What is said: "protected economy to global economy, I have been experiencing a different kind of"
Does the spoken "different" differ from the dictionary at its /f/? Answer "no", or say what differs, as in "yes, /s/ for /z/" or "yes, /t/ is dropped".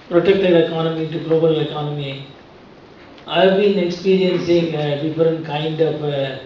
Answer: yes, /f/ is dropped